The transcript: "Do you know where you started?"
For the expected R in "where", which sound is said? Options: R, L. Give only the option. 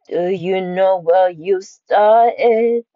L